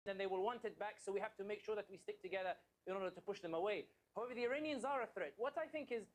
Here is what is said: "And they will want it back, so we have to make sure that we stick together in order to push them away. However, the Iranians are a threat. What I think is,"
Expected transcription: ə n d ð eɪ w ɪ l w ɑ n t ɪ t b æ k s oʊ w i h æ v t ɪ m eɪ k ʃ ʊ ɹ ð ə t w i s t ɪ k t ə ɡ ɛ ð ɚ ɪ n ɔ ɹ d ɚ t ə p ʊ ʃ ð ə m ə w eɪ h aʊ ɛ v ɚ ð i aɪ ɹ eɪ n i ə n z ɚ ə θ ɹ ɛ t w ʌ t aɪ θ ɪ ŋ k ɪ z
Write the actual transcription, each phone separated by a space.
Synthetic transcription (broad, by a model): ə n ð eɪ w ɪ l w ɑ n t ɪ t b æ k s oʊ w i h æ f t ɪ m eɪ k ʃ ʊ ɹ ð ə t w i s t ɪ k t ə ɡ ɛ ð ɚ ɪ n ɔ ɹ d ɚ t ə p ʊ ʃ ð ə m ə w eɪ h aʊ ɛ v ɚ ð i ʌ ɹ eɪ n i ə n z ɚ ə θ ɹ ɛ t w ʌ t aɪ θ ɪ ŋ k ɪ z